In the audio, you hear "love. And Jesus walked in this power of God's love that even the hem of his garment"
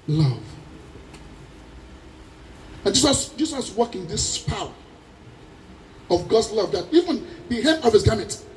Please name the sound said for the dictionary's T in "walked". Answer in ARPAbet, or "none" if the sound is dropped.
none